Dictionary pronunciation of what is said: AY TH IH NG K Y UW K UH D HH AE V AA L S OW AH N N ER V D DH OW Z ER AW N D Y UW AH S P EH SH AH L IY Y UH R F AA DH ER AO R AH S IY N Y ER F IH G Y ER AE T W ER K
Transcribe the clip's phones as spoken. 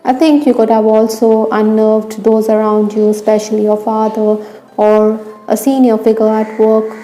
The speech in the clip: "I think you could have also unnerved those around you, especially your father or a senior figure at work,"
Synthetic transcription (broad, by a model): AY T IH NG K Y UW K UH D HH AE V AA L S OW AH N N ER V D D OW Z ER AW N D Y UW AH S P EH SH AH L IY Y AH F AA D ER AO R AH S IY N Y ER F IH G ER AE T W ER K